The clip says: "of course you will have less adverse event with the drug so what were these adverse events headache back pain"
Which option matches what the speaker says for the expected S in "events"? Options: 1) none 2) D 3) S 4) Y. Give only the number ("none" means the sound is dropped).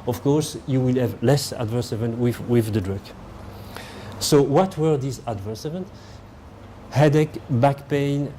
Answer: 1